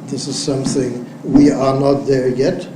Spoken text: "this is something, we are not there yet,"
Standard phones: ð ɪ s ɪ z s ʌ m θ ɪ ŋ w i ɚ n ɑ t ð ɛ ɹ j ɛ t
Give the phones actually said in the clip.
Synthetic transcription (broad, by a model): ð ɪ s ɪ z s ʌ m θ ɪ ŋ w i ɚ n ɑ t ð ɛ ɹ j ɛ t